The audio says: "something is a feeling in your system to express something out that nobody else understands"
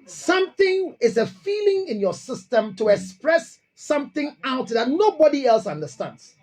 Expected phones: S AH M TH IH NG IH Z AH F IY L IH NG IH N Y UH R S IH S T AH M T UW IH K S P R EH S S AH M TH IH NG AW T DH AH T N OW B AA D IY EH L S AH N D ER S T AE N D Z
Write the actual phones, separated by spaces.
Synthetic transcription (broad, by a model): S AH M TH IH NG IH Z AH F IY L IH NG IH N Y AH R S IH S T AH M T UW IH K S P R EH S S AH M TH IH NG AW T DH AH T N OW B AA D IY EH L S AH N D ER S T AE N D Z